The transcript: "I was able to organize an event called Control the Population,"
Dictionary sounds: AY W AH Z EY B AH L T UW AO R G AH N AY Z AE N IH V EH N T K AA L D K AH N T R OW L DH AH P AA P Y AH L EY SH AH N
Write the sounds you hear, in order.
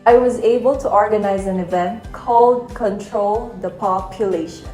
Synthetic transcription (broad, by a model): AY W AH Z EY B AH L T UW AO R G AH N AY Z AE N IH V EH N T K AA L D K AH N T R OW L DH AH P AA P Y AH L EY SH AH N